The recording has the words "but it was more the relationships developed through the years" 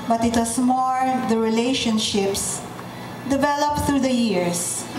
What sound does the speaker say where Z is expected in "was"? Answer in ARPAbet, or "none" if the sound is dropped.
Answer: S